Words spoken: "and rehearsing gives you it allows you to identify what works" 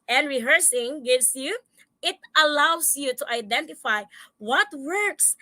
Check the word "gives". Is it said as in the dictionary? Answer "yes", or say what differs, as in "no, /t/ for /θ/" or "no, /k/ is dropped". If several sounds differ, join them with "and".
no, /s/ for /z/